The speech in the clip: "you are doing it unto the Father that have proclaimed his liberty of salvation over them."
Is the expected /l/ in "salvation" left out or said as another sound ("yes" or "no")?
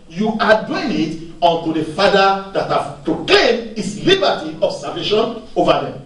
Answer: yes